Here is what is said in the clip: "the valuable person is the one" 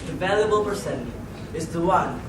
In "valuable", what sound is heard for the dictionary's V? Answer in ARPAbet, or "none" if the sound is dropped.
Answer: V